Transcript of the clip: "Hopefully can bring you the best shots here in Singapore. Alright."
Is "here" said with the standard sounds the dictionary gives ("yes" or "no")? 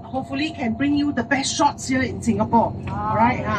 no